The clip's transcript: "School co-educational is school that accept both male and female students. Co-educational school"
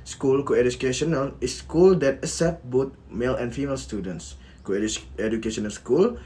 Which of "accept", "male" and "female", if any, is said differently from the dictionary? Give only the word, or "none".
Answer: accept